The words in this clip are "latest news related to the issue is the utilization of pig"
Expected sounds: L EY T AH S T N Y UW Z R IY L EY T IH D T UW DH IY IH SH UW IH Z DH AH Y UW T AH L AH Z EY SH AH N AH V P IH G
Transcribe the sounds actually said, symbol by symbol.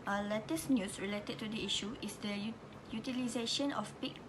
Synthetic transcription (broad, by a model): L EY T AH S N Y UW S R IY L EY T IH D T UW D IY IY SH UW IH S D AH Y UW T AH L AH Z EY SH AH N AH F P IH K